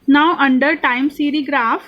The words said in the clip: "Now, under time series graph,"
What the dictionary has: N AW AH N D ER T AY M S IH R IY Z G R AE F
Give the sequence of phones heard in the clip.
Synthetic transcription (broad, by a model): N AW AH N D ER T AY M S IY R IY G R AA F